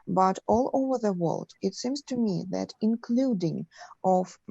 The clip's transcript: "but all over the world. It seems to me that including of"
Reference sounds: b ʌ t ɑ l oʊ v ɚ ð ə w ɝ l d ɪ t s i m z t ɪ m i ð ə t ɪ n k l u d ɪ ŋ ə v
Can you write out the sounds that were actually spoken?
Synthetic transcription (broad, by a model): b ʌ t ɑ l oʊ v ɚ ð ə w ɝ l d ɪ t s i m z t ɪ m i ð ə t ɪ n k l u d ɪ ŋ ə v